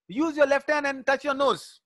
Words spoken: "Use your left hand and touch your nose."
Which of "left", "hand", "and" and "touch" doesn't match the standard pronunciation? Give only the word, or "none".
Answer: hand